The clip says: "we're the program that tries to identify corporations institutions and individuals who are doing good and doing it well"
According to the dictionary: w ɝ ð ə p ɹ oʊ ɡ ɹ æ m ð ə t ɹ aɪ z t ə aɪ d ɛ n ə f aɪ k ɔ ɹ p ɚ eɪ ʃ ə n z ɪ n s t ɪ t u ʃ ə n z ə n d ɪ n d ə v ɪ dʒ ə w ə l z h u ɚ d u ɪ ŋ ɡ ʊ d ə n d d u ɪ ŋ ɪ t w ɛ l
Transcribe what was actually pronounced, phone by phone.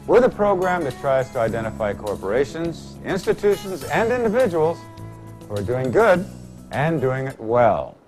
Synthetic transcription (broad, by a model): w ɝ ð ə p ɹ oʊ ɡ ɹ æ m ð ə t ɹ aɪ z t ə aɪ d ɛ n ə f aɪ k ɔ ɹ p ɚ eɪ ʃ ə n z ɪ n s t ɪ t u ʃ ə n z ə n d ɪ n d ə v ɪ dʒ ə w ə l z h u ɚ d u ɪ ŋ ɡ ʊ d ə n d d u ɪ ŋ ɪ t w ɛ l